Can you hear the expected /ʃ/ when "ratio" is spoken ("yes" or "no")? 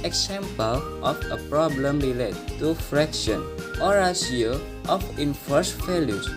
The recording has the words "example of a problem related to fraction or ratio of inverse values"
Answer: no